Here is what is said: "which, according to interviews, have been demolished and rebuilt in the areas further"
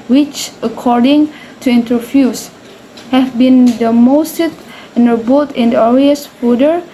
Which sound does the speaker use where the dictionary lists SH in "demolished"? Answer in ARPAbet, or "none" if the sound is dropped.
S